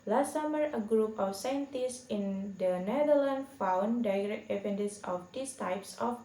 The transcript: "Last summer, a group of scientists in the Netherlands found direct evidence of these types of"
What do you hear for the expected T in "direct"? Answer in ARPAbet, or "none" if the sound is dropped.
none